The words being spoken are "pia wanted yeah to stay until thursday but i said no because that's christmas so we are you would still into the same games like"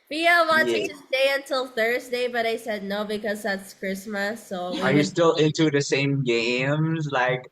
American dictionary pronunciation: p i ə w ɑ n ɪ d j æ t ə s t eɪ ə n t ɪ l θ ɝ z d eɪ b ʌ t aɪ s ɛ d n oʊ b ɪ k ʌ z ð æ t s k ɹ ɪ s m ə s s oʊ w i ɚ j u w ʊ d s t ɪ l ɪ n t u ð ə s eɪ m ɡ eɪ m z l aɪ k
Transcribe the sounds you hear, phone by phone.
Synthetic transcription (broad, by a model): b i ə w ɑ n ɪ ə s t eɪ ə n t ɪ l θ ɝ z d eɪ b ʌ t aɪ s ɛ d n oʊ b ɪ k ʌ z ð æ t s k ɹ ɪ s m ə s s oʊ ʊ ɚ j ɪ s t ɪ l ɪ n t u ð ə s eɪ m ɡ eɪ m z l aɪ k